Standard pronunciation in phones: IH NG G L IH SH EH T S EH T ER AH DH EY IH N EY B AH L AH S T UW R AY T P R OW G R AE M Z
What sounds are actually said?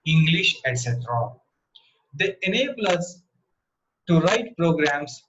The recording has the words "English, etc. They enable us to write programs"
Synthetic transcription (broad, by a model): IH NG G L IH SH EH T S EH T ER AH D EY IH N EY B AH L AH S T UW R AY T P R OW G R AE M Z